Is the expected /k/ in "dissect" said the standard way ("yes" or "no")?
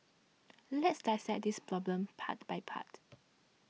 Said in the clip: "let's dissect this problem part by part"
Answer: no